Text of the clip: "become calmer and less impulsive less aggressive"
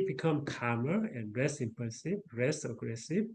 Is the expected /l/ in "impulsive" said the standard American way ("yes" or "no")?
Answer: no